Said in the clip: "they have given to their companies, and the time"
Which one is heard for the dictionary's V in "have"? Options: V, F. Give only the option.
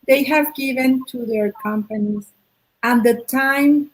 V